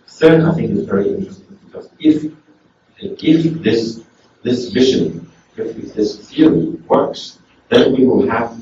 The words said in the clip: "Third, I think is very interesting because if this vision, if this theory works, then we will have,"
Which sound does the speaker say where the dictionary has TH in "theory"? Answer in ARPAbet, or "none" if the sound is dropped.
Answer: F